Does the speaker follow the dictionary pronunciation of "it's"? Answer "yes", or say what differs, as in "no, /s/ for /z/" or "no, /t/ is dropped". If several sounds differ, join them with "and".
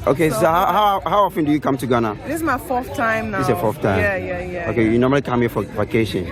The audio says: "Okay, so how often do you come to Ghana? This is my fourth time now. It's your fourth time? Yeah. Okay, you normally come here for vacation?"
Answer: no, /s/ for /t/